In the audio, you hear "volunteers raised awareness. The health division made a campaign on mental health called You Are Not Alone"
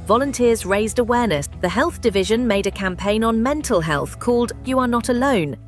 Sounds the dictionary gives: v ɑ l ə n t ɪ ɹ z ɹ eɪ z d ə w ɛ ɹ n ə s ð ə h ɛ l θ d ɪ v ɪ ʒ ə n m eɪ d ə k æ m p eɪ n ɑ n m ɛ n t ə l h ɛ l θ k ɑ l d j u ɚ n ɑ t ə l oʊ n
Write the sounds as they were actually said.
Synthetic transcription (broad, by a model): v ɑ l ə n t ɪ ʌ z ɹ eɪ z d ə w ɛ n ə s ð ə h ɛ l θ d ɪ v ɪ ʒ ə n m eɪ d ə k æ m p eɪ n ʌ n m ɛ n t ə l h ɛ l θ k ɑ l d j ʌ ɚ n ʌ t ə l oʊ n